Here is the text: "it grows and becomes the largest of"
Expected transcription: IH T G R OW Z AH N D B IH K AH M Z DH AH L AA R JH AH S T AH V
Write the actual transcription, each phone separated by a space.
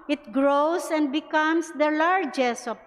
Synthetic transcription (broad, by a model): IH T G R OW S AH N D B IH K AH M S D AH L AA R JH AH S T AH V